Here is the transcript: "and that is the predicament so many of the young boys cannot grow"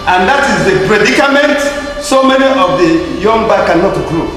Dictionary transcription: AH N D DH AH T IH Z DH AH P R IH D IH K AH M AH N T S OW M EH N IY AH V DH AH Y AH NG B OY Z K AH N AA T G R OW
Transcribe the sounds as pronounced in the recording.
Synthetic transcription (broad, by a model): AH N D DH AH T IH Z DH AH P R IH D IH K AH M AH N T S OW M EH N IY AH V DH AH Y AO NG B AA K AH N AA T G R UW